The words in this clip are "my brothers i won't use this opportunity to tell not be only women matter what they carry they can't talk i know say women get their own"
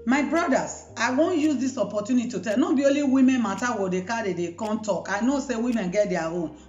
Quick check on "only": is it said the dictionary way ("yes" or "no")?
no